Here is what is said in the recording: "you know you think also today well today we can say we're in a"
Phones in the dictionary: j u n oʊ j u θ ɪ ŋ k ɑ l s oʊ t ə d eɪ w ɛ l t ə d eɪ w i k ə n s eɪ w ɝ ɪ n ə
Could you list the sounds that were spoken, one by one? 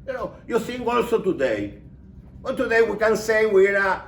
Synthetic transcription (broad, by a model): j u n oʊ j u s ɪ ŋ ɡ ɑ l s oʊ t ə d eɪ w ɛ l t ə d eɪ w i k ə n s eɪ w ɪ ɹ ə